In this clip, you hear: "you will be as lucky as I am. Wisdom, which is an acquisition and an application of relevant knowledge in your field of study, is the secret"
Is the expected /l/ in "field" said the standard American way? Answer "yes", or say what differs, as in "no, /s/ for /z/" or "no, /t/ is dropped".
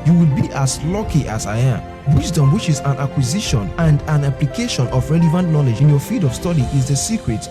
no, /l/ is dropped